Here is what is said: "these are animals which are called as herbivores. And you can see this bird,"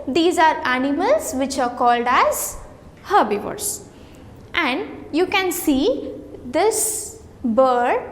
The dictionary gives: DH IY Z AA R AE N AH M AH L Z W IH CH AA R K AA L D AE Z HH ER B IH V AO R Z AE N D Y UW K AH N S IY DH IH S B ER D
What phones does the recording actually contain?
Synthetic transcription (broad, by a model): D IY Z AA R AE N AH M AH L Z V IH CH AA R K AA L D AE Z HH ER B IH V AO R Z AE N D Y UW K AH N S IY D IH S B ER D